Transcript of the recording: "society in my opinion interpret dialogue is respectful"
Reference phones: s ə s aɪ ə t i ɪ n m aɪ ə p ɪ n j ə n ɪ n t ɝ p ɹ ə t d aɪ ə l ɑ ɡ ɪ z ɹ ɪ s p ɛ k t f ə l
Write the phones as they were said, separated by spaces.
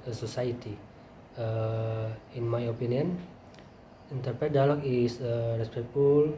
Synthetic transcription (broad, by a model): s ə s aɪ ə t i ɪ n m aɪ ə p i n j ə n ɪ n t ɝ p ɹ ə t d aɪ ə l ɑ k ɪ s ɹ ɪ s p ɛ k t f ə l